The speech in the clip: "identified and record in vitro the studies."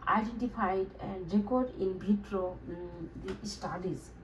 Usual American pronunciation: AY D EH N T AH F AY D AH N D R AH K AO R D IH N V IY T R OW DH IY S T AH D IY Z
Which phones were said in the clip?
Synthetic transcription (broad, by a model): AY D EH N T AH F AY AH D R AH K AO R D IH N B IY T R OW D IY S T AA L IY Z